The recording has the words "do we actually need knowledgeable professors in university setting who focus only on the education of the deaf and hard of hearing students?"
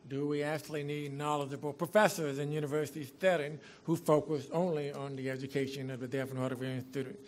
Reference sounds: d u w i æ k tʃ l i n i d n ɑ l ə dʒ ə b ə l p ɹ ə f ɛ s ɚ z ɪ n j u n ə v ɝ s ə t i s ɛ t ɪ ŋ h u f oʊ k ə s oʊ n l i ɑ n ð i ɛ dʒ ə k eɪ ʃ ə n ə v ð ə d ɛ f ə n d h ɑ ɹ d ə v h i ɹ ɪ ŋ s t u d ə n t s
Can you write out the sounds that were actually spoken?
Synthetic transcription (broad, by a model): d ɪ w i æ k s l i n i d n ɑ l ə dʒ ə b l p ɹ ə f ɛ s ɚ z ɪ n j u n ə v ɝ s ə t i θ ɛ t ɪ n h u f oʊ k ə s oʊ n l i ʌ n ð i ɛ dʒ ə k eɪ ʃ ə n ə v ð ə d ɛ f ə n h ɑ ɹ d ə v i ɪ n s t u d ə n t